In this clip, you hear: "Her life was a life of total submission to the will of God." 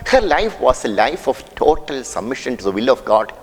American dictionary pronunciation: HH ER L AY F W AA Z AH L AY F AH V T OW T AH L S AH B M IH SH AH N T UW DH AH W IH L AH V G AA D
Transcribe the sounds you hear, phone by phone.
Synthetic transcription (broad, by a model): HH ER L AY F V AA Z AH L AY F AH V T OW T AH L S AH B M IH SH AH N T UW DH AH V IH L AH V G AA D